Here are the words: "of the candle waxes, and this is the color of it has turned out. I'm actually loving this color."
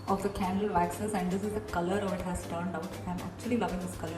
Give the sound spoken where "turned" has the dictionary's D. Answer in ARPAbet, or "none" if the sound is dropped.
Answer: D